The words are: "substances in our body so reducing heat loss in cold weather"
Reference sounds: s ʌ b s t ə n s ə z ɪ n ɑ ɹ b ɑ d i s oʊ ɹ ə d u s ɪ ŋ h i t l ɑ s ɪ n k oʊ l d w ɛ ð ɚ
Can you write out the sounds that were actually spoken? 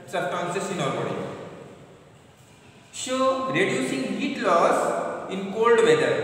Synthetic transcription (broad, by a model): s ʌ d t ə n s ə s ɪ n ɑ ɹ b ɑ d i ʃ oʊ ɹ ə d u s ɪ ŋ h i t l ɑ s ɪ n k oʊ l d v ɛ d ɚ